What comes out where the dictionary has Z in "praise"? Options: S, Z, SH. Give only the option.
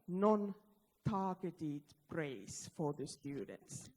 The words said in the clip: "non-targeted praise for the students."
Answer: S